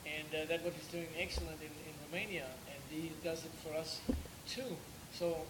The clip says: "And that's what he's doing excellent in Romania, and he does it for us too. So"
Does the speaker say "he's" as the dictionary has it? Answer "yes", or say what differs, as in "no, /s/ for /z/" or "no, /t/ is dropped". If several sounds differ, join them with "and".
yes